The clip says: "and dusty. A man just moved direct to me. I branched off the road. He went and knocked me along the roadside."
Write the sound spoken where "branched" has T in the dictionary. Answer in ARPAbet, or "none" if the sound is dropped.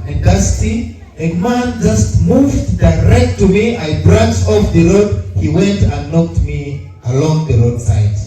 none